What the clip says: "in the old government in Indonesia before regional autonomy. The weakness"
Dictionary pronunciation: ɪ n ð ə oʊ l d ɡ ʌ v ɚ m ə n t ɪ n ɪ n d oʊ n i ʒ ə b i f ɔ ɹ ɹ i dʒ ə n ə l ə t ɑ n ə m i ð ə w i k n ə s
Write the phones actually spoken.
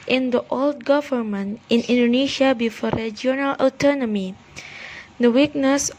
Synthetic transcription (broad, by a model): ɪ n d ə oʊ l d ɡ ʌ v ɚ m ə n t ɪ n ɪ n d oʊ n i ʃ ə b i f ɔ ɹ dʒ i ə n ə l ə t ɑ n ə m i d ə w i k n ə s